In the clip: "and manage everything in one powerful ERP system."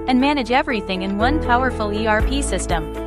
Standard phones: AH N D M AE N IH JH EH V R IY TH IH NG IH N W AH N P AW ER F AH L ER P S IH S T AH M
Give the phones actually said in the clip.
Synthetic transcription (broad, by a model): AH N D M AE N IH JH EH V R IY TH IH NG IH N W AH N P AW ER F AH L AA P S IH S T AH M